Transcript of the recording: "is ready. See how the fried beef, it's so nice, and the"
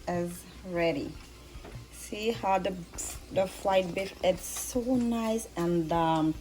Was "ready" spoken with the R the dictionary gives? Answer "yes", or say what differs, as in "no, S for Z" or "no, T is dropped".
yes